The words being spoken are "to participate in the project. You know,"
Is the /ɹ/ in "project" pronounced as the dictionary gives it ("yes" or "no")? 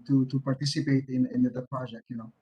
no